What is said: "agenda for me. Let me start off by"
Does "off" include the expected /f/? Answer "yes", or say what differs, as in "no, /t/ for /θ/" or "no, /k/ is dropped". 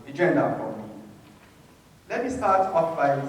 no, /p/ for /f/